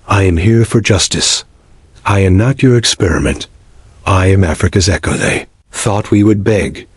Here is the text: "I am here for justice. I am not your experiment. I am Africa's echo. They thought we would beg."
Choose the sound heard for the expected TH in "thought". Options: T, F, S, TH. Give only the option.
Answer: TH